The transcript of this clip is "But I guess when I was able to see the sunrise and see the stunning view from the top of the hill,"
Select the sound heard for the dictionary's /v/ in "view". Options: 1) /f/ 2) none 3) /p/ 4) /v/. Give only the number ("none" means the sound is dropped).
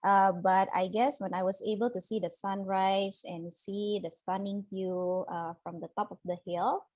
1